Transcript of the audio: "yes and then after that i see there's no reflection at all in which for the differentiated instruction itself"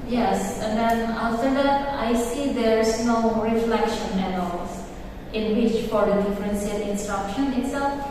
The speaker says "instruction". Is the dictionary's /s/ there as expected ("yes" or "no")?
yes